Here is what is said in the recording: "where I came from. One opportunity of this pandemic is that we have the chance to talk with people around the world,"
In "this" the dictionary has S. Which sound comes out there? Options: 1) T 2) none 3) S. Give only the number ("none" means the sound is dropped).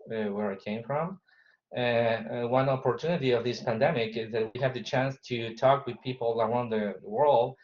3